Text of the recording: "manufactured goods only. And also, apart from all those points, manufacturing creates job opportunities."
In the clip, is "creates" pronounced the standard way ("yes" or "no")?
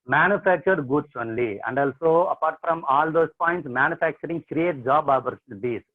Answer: no